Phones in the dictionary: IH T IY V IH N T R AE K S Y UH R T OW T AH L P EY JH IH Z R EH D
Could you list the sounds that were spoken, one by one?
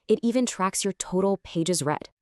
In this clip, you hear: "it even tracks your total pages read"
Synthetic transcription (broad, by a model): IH T IY V IH N T R AE K S Y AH R T OW T L P EY JH IH Z R EH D